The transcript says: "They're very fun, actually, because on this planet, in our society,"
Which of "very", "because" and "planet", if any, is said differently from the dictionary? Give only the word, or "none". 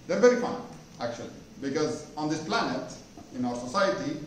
none